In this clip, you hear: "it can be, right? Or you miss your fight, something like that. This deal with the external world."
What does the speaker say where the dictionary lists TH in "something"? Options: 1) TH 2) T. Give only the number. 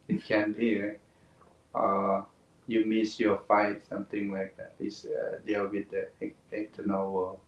2